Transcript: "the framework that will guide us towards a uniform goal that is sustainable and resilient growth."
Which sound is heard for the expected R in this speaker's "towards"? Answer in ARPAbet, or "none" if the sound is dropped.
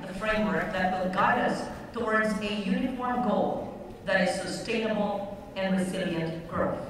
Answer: R